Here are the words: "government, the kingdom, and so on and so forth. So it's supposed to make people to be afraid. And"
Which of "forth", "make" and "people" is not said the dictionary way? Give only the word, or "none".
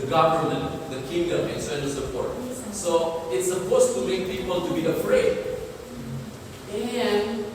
forth